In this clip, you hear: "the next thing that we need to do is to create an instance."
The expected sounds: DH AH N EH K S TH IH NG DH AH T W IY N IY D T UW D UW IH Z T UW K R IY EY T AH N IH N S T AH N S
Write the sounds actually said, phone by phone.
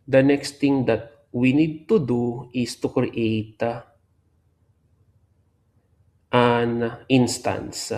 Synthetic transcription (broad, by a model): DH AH N EH K S T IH NG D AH T W IY N IY D T UW D UW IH S T UW K R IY EY T AH N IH N S T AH N S